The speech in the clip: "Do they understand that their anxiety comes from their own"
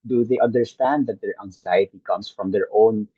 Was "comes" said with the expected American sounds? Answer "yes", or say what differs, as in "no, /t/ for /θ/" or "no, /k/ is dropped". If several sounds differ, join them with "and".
no, /s/ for /z/